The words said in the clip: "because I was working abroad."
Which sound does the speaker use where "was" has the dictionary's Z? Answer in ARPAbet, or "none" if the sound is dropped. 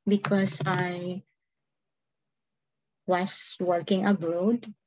S